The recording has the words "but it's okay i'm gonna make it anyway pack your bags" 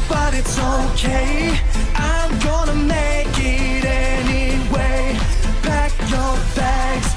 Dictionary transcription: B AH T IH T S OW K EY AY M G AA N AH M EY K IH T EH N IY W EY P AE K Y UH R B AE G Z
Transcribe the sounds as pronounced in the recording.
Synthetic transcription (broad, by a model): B AH T IH T S OW K EY AY M G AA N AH M EY K IH T EH N IY W EY B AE K Y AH R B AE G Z